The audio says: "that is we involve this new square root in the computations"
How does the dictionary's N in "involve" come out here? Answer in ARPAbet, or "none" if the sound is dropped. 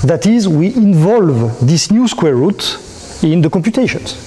N